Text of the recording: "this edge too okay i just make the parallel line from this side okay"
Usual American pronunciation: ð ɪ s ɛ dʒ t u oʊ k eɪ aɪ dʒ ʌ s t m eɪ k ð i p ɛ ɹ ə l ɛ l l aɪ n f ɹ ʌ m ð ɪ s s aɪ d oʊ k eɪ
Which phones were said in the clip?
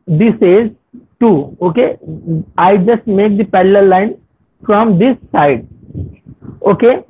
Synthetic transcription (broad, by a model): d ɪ s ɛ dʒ t u oʊ k eɪ aɪ dʒ ʌ s t m eɪ k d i p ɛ l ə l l l aɪ n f ɹ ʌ m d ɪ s s aɪ d oʊ k eɪ